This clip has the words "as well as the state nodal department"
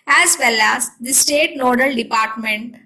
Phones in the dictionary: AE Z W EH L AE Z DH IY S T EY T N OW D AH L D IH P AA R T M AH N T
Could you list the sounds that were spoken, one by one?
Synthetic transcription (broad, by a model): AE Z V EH L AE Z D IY S T EY T L OW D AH L D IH P AA R T M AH N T